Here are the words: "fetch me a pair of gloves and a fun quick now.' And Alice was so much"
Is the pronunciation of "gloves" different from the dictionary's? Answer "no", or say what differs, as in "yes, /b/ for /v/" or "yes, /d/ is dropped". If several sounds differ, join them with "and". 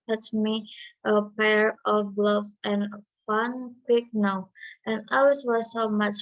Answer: yes, /z/ is dropped